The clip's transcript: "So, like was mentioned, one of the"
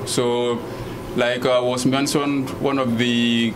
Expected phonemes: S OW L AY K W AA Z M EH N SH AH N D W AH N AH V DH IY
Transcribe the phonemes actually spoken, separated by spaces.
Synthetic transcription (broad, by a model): S OW L AY K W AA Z M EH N S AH N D W AH N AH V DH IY